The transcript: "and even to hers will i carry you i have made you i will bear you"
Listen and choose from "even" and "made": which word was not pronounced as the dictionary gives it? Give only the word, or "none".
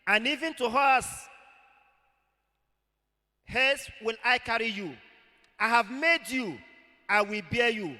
none